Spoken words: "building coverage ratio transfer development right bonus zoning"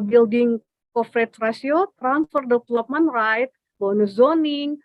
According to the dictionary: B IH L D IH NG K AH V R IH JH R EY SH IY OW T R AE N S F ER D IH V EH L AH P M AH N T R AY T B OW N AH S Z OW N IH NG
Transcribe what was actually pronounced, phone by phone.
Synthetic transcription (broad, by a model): B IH L D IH NG K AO F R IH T R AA S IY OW T R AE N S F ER D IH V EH L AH P M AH N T R AY T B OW N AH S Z OW N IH NG